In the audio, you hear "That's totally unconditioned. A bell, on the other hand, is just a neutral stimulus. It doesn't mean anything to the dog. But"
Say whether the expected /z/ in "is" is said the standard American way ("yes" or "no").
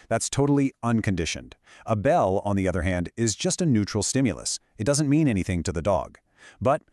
yes